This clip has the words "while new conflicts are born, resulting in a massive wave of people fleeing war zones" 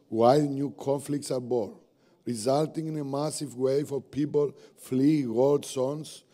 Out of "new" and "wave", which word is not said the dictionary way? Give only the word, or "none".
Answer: wave